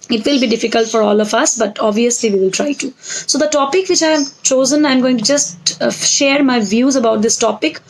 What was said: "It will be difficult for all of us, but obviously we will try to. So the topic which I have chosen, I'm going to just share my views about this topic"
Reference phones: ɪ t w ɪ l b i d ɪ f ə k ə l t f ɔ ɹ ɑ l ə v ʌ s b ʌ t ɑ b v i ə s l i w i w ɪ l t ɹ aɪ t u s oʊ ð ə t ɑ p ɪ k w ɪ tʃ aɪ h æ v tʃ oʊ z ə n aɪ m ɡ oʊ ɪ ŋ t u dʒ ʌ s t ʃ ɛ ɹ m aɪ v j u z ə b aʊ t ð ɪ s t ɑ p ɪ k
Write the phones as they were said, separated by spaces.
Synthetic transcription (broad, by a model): ɪ t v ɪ l b i d ɪ f ə k ə l t f ɔ ɹ ɑ l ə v ʌ s b ʌ t ɑ b v i ə s l i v i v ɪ l t ɹ aɪ t u s oʊ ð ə t ɑ p ɪ k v ɪ tʃ aɪ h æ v tʃ oʊ z ə n aɪ m ɡ oʊ ɪ ŋ t u dʒ ʌ s t ʃ ɛ ɹ m aɪ v j u z ə b aʊ t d ɪ s t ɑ p ɪ k